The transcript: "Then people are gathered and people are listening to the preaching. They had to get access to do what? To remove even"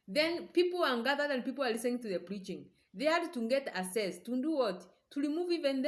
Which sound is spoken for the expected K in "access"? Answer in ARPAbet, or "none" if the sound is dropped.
none